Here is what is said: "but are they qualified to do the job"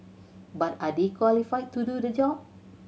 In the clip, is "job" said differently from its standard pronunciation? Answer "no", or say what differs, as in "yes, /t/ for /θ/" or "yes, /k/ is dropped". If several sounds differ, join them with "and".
yes, /b/ is dropped